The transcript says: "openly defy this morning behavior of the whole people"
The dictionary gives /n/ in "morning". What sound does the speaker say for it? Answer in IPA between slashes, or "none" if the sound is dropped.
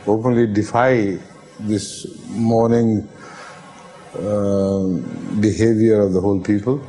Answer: /n/